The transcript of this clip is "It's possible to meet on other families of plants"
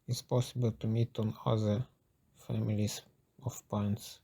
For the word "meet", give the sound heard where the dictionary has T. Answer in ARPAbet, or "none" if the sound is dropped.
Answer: T